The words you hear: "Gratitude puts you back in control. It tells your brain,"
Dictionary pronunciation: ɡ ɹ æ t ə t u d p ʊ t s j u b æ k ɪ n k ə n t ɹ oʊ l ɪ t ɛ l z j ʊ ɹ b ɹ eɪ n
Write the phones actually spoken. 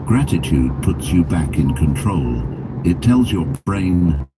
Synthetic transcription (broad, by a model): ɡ ɹ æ t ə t u d p ʊ t s j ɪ b æ k ɪ n k ə n t ɹ oʊ l ɪ t ɛ l z j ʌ ɹ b ɹ eɪ n